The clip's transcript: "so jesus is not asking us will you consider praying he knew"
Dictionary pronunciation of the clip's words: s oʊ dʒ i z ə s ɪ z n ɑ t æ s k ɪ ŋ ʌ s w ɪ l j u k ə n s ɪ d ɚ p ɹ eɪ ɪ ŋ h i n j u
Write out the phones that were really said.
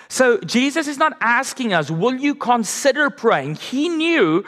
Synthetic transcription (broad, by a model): s oʊ dʒ i z ə s ɪ z n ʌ t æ s k ɪ ŋ ʌ s w ɪ l j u k ə n s ɪ d ɚ p ɹ eɪ ɪ ŋ h i n j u